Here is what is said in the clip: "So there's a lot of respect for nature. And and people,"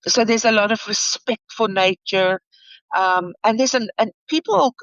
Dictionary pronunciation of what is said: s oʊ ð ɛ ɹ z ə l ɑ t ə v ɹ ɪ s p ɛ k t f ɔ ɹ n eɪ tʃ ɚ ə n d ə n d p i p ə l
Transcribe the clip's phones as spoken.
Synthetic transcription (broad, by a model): s oʊ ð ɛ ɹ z ə l ɑ t ə v ɹ ɪ s p ɛ k t f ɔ l n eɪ tʃ ɚ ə n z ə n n p i p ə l